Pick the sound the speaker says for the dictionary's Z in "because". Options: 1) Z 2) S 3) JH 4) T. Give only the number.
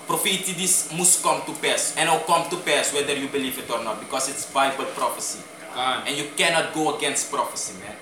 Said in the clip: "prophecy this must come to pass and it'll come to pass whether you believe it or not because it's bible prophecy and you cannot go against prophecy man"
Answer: 2